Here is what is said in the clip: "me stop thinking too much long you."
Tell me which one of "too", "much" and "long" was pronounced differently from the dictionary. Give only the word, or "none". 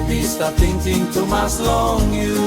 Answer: much